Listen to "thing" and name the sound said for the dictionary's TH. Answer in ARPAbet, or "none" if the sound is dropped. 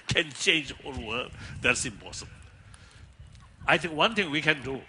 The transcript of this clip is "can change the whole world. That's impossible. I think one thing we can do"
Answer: T